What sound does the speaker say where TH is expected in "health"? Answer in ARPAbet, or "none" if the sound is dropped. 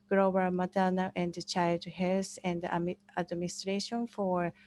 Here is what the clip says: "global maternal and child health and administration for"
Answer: S